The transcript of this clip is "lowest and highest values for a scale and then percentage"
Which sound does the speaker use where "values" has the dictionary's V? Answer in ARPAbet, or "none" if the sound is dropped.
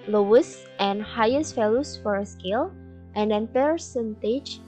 F